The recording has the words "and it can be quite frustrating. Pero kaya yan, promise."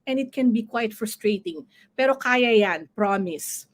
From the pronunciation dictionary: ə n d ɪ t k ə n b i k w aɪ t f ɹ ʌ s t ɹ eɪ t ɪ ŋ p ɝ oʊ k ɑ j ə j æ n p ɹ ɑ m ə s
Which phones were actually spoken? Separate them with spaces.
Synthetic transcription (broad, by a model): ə n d ɪ t k ə n b i k w aɪ t f ɹ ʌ s t ɹ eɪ t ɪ ŋ p ɝ oʊ k ɑ j ə j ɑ n p ɹ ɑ m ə s